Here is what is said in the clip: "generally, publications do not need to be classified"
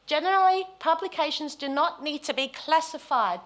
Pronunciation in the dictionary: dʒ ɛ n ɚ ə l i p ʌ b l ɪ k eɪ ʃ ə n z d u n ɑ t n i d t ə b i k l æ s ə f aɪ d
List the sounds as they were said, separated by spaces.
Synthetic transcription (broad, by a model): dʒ ɛ n ɚ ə l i p ʌ b l ɪ k eɪ ʃ ə n z d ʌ n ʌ t n i d t ə b i k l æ s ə f aɪ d